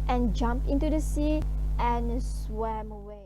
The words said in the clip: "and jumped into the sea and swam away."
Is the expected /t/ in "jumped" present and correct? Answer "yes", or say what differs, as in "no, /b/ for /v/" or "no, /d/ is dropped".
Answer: no, /t/ is dropped